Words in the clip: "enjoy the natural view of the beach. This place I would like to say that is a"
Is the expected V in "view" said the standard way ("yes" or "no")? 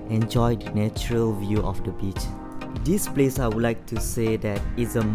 yes